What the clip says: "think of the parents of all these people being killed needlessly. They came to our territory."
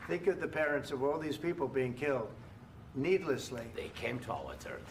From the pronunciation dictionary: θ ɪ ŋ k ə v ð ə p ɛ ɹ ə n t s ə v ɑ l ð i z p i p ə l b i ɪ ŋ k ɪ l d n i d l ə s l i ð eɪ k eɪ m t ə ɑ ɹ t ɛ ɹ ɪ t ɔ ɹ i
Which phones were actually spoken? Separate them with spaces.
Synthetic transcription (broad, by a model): θ ɪ ŋ k ə v ð ə p ɛ ɹ ə n t s ə v ɑ l ð i z p i p l b i ɪ ŋ k ɪ l d n i d l ə s l i ð eɪ k eɪ m t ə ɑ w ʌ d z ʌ ɹ